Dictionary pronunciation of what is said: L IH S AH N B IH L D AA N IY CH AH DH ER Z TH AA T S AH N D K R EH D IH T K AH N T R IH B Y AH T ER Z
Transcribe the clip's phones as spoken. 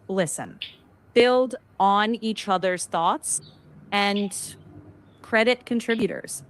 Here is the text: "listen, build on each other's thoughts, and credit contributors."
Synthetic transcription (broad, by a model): L IH S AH N B IH L D N IY CH AH DH ER Z TH AA T S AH N K R EH D IH T K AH N T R IH B Y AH T ER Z